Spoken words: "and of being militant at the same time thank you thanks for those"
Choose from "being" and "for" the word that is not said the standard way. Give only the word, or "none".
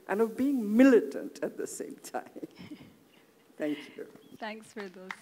none